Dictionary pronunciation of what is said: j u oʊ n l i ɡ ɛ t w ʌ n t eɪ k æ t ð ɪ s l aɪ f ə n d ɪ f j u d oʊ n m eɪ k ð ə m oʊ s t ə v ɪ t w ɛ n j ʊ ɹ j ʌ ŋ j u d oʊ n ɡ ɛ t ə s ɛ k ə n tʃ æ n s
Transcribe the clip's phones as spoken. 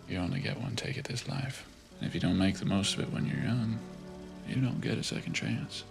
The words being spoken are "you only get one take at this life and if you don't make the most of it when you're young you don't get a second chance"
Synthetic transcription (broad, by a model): j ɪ oʊ n l i ɡ ɛ t w ʌ n t eɪ k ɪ t ð ɪ s l aɪ f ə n ɪ f j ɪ d oʊ n m eɪ k ð ə m oʊ s t ə v ɪ t w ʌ n j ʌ ɹ j ʌ ŋ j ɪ d oʊ n ɡ ɛ t ə s ɛ k n tʃ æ n s